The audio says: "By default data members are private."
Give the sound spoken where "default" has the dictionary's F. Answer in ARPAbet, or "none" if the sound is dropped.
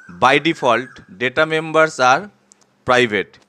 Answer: P